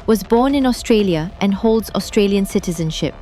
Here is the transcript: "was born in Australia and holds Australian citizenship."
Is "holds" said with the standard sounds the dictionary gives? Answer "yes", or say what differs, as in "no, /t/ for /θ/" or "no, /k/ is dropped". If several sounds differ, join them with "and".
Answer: yes